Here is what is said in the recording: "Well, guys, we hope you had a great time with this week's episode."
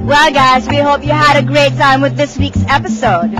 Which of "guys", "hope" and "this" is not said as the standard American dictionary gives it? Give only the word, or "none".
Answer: none